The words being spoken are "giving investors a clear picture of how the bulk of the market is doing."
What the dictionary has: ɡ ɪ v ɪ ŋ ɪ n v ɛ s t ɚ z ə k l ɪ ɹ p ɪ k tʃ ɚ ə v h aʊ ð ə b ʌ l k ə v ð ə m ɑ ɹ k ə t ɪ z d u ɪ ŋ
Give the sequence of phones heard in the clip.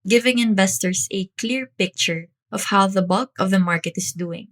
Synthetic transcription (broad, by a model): ɡ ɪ v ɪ ŋ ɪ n v ɛ s t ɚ s ə k l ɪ ɹ p ɪ k tʃ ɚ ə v h aʊ ð ə b ʌ l k ə v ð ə m ɑ ɹ k ə t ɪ s d u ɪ ŋ